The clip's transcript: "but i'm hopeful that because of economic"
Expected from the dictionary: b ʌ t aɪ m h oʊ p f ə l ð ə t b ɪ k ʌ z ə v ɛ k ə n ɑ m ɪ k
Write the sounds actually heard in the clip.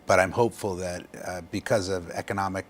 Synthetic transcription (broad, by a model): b ʌ t aɪ m h oʊ p f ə l ð ə t b ɪ k ʌ z ə v ɛ k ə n ɑ m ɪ k